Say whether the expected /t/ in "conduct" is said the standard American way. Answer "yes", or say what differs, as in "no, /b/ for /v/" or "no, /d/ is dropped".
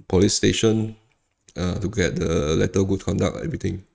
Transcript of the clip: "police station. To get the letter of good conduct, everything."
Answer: no, /t/ is dropped